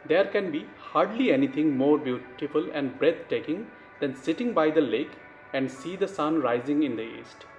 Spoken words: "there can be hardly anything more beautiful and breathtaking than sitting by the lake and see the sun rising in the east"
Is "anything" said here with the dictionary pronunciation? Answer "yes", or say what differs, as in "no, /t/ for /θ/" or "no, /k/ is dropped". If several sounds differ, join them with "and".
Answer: no, /t/ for /θ/